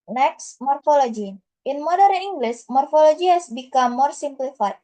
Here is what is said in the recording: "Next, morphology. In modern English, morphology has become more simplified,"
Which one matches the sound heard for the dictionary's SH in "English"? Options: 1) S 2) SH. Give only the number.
1